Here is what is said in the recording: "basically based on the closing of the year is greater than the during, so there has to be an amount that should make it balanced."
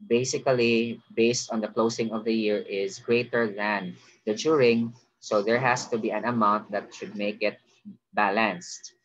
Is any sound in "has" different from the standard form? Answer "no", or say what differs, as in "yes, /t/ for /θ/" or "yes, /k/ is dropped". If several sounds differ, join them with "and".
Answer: yes, /s/ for /z/